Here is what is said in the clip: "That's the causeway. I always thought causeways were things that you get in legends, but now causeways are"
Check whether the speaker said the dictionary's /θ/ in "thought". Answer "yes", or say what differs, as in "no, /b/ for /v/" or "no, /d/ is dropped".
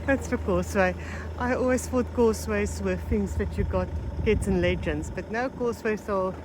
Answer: no, /f/ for /θ/